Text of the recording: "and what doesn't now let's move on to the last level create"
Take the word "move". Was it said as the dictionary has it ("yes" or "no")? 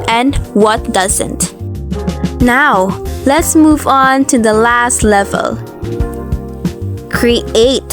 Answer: yes